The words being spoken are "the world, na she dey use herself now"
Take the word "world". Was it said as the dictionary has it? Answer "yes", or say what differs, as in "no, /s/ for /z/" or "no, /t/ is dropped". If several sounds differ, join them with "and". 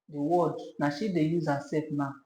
no, /l/ is dropped